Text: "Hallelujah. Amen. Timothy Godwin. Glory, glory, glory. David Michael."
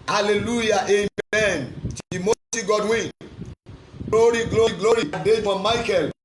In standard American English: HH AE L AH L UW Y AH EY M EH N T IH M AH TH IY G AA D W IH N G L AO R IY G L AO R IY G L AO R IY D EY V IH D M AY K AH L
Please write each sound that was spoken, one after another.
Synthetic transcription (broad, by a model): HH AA L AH L UW Y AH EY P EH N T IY M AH S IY G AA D W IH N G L AO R IY G L AO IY G L AO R IY D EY F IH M AY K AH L